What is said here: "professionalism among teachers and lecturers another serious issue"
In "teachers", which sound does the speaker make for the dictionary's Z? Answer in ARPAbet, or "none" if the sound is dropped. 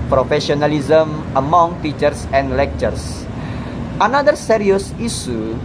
S